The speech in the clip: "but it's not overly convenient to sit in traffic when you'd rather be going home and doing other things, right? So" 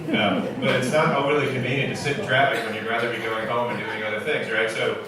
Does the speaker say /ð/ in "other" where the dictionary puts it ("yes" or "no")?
yes